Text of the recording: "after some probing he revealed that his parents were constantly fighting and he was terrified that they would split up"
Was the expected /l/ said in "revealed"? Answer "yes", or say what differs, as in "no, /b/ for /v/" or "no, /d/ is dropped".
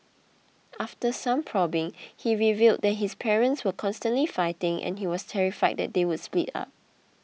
yes